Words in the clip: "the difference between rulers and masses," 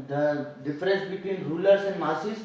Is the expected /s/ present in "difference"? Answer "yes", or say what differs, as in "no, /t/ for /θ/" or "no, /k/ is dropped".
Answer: yes